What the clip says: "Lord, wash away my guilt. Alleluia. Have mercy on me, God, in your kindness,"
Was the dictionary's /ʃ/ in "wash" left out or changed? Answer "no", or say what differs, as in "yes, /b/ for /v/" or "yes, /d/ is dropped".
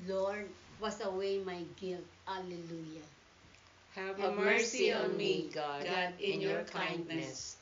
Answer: yes, /s/ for /ʃ/